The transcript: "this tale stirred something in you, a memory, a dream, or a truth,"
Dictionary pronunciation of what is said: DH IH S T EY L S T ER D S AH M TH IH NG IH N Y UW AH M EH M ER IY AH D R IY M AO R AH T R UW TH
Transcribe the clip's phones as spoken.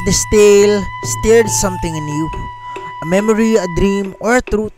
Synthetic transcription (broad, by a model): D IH S T EY L S T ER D S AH M T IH NG N Y UW AH M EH M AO IY AH D R IY M AO R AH T R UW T